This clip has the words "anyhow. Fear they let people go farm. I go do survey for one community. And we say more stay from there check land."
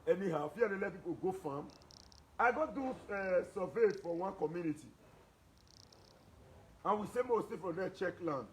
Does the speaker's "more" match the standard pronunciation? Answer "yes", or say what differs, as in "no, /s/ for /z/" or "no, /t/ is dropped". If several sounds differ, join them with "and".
no, /w/ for /ɹ/